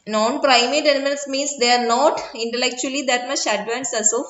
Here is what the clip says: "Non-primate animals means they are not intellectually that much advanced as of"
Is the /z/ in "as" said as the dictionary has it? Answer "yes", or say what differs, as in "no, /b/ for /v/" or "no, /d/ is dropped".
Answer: no, /s/ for /z/